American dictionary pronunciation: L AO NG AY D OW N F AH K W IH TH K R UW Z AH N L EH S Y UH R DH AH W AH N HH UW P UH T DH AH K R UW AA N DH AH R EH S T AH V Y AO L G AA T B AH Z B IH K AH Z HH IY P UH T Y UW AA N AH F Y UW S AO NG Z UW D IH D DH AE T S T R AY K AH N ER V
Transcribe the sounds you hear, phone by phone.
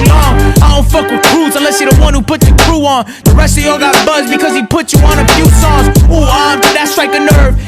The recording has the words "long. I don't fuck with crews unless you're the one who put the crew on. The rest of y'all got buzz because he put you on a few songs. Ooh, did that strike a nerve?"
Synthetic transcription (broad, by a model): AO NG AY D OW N F AH K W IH K R UW Z AH N L EH S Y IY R DH AH W AH N HH UW P UH T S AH K R UW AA N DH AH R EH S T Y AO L G AA T B AH Z B IH K AH Z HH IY P UH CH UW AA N AH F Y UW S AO Z UW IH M DH AE T S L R AY K AH N ER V